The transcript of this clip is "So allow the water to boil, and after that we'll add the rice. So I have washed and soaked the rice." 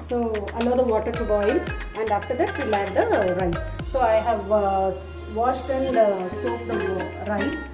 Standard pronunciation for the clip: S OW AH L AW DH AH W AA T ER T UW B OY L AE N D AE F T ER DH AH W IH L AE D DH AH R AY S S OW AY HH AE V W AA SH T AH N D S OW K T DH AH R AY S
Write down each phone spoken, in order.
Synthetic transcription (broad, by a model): S OW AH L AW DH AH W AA T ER T UW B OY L AE N D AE F T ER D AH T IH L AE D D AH R AY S S OW AY HH AE V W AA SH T AH N D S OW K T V R AY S